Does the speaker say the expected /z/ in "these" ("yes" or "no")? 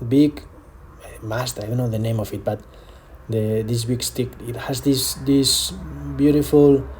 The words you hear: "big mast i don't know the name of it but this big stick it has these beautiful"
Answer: no